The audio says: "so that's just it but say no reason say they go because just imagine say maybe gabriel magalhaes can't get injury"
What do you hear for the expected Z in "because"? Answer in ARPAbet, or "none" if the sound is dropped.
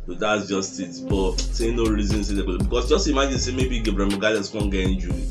S